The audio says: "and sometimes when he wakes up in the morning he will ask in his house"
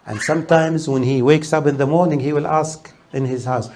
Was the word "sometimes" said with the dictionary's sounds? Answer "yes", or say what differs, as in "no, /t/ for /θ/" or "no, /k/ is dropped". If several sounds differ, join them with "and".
yes